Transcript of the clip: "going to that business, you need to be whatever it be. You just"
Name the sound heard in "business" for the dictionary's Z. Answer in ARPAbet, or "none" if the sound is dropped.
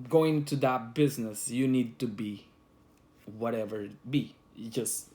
Z